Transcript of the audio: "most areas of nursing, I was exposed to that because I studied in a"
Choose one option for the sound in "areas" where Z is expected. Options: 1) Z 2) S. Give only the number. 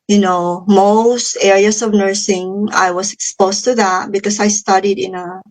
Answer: 2